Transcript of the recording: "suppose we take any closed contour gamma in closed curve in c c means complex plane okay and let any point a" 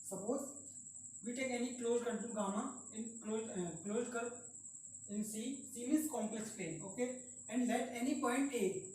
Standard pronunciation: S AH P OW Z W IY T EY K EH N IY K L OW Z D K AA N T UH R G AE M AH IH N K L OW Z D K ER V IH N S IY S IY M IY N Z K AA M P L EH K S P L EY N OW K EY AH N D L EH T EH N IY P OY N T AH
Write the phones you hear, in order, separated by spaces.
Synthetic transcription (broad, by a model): S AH P OW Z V IY T EY K EH N IY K L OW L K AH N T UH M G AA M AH IH N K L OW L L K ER P IH N S IY S IY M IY Z K AA M P L EH K S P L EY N OW K EY AH N D L EH T EH N IY P OY N T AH